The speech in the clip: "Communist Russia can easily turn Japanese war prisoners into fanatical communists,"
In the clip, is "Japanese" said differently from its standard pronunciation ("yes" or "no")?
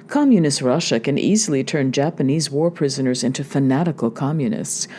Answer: no